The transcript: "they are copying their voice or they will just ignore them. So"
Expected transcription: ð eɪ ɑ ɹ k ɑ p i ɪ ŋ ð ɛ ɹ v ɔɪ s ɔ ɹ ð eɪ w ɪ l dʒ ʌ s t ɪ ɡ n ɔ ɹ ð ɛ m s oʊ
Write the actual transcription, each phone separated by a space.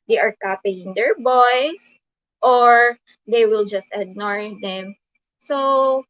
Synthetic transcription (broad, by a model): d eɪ ɑ ɹ k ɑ p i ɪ ŋ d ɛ ɹ b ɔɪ s ɔ ɹ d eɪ w ɪ l dʒ ʌ s t ɪ ɡ n ɔ ɹ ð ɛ m s oʊ